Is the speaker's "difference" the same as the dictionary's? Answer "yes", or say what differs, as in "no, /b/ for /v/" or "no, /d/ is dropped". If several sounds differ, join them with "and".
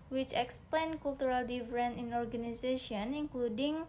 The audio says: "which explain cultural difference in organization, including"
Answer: no, /s/ is dropped